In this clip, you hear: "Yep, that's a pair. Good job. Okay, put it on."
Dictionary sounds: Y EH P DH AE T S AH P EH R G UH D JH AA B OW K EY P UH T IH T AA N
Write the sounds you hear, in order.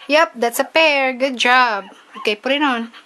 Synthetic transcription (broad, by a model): Y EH P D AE T S AH P EH R G UH D JH AA B OW K EY P UH T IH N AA N